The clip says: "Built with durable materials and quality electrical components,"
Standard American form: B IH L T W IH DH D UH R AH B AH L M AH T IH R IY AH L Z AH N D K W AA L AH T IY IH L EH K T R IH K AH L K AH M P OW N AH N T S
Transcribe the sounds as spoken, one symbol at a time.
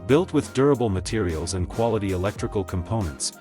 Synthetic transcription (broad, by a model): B IH L T W IH DH D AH R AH B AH L M AH T IH R IY AH L Z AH N K W AA L AH T IY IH L EH K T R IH K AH L K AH M P OW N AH N T S